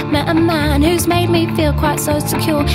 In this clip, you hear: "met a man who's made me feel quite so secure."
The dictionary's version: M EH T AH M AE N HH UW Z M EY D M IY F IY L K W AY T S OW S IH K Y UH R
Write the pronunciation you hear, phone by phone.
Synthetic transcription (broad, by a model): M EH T AH M AE N HH UW Z M EY D M IY F IY L K W AY T S OW S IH K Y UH R